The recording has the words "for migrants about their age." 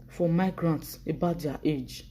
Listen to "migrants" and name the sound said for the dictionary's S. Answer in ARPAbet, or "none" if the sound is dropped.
S